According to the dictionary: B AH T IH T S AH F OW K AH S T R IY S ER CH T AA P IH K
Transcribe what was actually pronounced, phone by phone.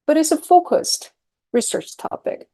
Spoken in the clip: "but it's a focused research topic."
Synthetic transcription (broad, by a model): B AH T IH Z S AH F OW K AH S T R IY S ER CH T AA P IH K